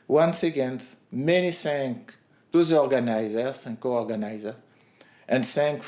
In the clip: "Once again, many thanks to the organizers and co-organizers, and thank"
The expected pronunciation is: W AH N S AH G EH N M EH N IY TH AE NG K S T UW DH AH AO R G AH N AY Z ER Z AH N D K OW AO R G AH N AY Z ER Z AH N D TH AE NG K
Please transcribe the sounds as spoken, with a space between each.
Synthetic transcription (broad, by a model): W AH N S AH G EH N M EH N IY S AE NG K T UW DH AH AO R G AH N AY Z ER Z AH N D K OW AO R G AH N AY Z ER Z AH N D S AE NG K